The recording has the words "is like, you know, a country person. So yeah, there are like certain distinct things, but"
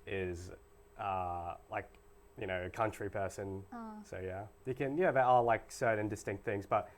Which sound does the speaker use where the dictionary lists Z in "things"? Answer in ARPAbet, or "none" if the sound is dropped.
Z